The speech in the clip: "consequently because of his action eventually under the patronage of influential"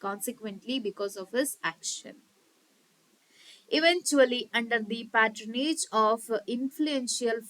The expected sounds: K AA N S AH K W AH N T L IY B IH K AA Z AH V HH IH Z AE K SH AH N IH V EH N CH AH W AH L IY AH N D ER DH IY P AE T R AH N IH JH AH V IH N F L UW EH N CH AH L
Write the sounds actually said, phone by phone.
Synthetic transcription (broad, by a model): K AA N S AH K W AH N T L IY B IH K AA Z AH V HH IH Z AE K SH AH N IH V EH N CH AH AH L IY AH N D ER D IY P AE T R AH N IH JH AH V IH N F L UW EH N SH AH L